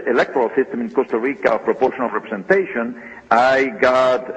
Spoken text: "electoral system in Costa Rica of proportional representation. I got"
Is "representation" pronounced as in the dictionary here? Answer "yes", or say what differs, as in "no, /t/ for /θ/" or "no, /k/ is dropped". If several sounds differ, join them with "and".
no, /s/ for /z/